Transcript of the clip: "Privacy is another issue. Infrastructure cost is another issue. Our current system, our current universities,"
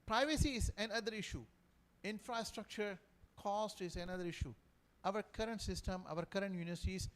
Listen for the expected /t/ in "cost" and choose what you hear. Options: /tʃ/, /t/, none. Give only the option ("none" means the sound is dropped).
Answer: /t/